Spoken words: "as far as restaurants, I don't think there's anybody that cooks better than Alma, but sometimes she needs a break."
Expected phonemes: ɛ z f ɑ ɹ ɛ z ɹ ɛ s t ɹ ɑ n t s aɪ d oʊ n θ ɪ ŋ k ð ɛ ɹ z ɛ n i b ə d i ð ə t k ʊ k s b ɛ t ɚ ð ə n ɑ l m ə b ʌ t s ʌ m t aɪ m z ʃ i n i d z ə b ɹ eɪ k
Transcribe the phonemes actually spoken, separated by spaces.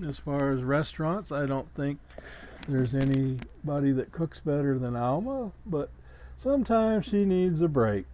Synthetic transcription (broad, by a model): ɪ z f ɑ ɹ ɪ z ɹ ɛ s t ɹ ɑ n t s aɪ d oʊ n θ ɪ ŋ k ð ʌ ɹ z ɛ n i b ə d i ð ə t k ʊ k s b ɛ t ɚ ð ə n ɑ l m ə b ʌ t s ʌ m t aɪ m z ʃ i n i d z ə b ɹ eɪ k